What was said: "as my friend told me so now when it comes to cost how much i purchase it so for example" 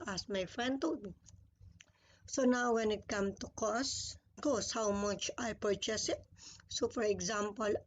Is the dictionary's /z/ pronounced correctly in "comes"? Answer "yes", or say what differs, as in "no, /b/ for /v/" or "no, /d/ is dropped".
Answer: no, /z/ is dropped